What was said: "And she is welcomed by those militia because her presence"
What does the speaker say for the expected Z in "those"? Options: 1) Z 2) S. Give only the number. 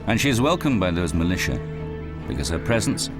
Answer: 1